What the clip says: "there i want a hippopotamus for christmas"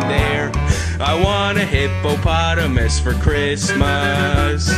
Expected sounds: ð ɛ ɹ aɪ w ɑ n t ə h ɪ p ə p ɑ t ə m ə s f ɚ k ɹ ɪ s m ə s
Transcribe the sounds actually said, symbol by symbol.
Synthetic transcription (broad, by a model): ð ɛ ɹ aɪ w ɑ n ə h ɪ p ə p ɑ t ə m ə s f ɚ k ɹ ɪ s m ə s